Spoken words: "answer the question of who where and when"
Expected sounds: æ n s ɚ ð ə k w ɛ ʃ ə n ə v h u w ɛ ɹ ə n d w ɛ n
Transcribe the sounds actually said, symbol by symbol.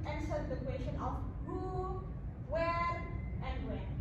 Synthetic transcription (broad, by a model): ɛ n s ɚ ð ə k w ɛ ʃ ə n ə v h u w ɛ ɹ ə n d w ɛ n